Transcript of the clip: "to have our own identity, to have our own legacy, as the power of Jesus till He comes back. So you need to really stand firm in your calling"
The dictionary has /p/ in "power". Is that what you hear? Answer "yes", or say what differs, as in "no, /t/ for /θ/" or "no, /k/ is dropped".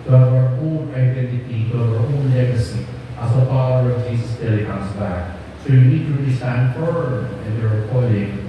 no, /f/ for /p/